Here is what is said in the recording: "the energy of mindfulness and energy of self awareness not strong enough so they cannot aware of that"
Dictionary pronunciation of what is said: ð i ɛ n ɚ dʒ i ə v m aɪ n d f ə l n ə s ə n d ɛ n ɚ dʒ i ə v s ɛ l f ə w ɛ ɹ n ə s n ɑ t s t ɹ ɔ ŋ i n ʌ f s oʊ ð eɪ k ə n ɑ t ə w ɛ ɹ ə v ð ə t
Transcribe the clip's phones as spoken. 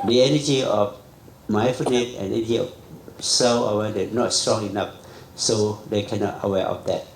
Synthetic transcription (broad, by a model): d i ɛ n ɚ dʒ i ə f m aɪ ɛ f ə n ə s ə n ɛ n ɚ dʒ i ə f s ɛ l ə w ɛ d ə n ɑ t s t ɹ ɔ ŋ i n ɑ f s oʊ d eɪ k ə n ɑ t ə w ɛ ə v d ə t